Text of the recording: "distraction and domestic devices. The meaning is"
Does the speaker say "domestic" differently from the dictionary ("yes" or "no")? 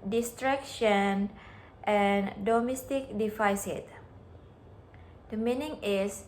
no